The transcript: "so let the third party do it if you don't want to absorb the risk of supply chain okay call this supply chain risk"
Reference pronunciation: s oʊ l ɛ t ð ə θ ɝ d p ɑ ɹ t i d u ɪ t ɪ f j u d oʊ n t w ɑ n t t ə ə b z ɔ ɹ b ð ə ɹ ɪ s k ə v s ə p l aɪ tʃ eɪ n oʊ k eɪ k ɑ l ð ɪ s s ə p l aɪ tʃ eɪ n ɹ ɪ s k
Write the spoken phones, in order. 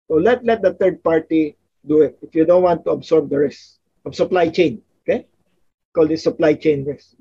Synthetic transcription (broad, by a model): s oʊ l ɛ t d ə t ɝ d p ɑ ɹ t i d u ɪ t ɪ f j u d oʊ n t w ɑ n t t ə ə b s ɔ ɹ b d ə ɹ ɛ s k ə b s ə p l aɪ tʃ eɪ n oʊ k eɪ k ɑ l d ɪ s s ə p l aɪ tʃ eɪ n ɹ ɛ s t